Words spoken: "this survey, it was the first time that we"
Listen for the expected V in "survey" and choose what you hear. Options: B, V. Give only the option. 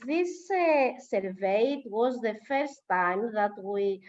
V